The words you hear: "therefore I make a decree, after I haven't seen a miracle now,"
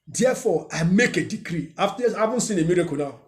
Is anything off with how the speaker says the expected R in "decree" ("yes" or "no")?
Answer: no